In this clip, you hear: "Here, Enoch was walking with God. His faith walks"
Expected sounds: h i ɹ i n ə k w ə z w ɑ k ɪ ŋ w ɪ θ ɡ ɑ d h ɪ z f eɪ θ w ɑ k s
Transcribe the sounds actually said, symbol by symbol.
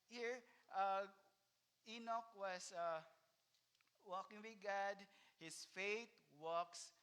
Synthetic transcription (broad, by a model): h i ɹ i n ə k w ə s w ɑ k ɪ ŋ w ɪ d ɡ ɑ d h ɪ s f eɪ t w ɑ k s